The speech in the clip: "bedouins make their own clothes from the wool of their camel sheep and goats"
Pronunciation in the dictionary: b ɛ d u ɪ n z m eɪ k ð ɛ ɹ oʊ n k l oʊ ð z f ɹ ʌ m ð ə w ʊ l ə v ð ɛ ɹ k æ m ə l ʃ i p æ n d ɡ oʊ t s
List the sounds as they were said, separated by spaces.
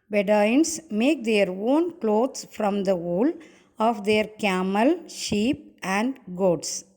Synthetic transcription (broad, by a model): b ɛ d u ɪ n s m eɪ k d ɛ ɹ oʊ n k l oʊ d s f ɹ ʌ m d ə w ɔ l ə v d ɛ ɹ k æ m ə l ʃ i p æ n d ɡ oʊ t s